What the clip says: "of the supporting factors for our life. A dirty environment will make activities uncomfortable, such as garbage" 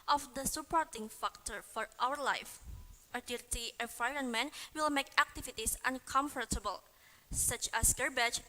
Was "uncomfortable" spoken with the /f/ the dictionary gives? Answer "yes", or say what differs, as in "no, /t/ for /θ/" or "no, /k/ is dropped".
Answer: yes